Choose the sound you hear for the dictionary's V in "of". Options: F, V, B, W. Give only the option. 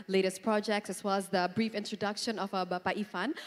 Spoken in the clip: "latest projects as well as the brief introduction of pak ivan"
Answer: B